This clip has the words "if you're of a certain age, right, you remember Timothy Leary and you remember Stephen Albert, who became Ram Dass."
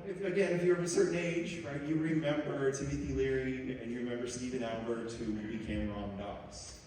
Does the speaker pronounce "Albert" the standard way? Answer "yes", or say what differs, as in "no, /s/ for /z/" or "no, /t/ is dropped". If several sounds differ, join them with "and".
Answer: no, /l/ is dropped